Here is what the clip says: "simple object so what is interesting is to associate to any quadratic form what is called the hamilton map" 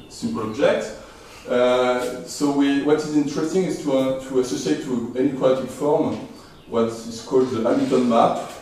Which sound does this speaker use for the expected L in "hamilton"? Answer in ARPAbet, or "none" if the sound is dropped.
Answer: none